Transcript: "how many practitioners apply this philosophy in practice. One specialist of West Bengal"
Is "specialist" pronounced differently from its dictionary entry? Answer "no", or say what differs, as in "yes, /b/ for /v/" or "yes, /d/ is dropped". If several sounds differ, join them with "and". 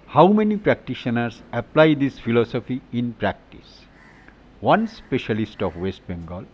no